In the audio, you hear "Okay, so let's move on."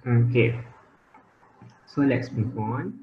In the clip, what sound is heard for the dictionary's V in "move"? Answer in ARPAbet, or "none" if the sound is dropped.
P